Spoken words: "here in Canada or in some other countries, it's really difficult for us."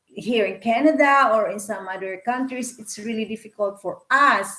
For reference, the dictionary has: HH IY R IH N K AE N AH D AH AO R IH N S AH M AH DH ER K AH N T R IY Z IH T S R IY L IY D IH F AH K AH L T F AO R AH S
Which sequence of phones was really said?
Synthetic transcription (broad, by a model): HH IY R IH N K AE N AH D AH AO R IH N S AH M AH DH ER K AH N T R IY S IH T S R IY L IY D IH F AH K AH L T F AO R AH S